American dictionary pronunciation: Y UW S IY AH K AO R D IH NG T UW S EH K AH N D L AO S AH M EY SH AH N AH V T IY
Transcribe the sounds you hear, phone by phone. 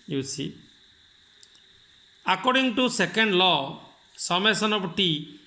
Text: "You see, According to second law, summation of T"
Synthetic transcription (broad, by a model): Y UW S IY AH K AO R D IH NG T UW S EH K AH N D L AO S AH M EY S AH N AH P T IY